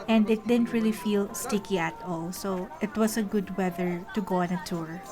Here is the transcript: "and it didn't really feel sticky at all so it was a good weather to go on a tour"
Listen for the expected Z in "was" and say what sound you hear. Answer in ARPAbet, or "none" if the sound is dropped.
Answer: S